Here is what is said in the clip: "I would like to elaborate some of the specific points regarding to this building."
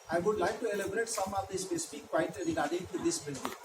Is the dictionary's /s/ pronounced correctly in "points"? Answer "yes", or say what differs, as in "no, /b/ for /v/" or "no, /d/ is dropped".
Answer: no, /s/ is dropped